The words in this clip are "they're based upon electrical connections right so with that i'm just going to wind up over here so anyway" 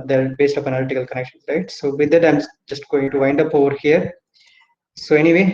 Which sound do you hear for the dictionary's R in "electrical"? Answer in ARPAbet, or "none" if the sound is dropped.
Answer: none